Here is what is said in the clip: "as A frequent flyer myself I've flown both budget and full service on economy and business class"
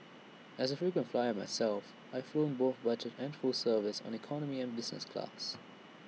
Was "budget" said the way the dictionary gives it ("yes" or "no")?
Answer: no